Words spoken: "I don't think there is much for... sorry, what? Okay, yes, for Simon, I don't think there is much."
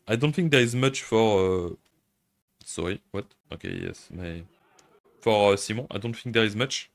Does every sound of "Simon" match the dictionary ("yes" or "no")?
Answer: no